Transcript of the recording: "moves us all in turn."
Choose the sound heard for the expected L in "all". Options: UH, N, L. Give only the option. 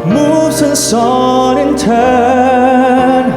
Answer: N